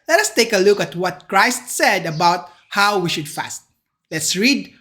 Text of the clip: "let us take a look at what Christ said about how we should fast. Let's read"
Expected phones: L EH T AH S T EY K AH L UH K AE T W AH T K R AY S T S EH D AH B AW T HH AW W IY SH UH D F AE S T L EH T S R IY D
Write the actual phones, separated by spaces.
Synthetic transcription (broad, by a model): L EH T AH S T EY K AH L UH K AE T W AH T K R AY S T S EH D AH B AW T HH AW W IY SH UH D F AE S T L EH T S R IY D